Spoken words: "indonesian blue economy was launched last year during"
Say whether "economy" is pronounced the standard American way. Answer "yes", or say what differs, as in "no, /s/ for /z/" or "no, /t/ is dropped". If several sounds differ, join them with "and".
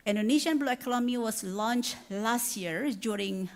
no, /l/ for /n/